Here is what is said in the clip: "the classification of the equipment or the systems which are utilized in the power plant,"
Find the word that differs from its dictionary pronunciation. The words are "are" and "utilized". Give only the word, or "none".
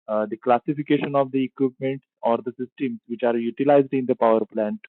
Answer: none